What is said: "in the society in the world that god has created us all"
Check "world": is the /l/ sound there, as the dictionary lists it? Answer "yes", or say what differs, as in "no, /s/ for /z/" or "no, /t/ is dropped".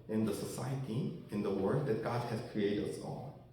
no, /l/ is dropped